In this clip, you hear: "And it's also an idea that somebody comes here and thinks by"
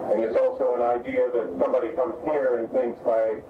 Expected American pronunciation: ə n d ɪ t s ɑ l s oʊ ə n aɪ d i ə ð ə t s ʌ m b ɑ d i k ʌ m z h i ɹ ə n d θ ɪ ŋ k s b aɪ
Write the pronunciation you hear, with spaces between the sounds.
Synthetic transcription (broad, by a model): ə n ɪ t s ɑ l s oʊ ə n aɪ d i ə ð ə t s ʌ m b ɑ d i k ʌ m z h i ɹ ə n θ ɪ ŋ k s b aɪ